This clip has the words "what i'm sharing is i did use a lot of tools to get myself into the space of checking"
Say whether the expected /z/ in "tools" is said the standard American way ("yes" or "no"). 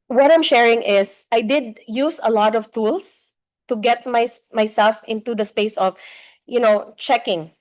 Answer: no